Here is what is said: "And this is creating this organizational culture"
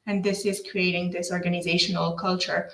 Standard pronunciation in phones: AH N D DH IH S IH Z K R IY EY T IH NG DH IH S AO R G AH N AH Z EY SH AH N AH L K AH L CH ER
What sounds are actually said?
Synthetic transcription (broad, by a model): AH N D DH IH S IH Z K R IY EY T IH NG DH IH S AO R G AH N AH Z EY SH AH N AH L K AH L CH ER